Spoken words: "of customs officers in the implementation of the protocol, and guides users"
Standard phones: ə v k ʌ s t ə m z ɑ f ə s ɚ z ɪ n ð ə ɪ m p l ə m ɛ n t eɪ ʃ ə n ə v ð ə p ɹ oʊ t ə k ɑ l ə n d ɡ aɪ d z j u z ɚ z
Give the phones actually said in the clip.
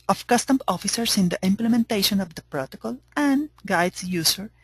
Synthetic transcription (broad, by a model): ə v k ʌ s t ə m ɑ f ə s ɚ s ɪ n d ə ɪ m p l ə m ɛ n t eɪ ʃ ə n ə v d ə p ɹ oʊ t ə k ɑ l ə n d ɡ aɪ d s j u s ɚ